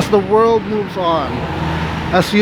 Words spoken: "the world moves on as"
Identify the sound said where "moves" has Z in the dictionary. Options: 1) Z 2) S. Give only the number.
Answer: 1